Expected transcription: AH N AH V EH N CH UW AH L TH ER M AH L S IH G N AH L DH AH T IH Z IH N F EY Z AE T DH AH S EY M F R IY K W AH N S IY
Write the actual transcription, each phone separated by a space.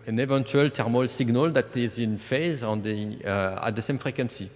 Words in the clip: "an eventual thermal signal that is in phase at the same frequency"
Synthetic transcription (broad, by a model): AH N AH V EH N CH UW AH L T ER M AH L S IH G N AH L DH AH T IH Z IH N F EY Z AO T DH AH S EY M F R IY K W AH N S IY